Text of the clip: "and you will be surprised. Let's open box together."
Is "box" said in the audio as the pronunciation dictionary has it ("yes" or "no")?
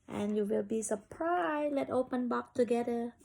no